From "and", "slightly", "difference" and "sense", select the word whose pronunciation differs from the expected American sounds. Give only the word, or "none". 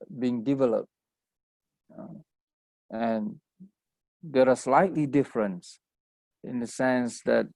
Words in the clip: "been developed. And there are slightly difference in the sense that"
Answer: none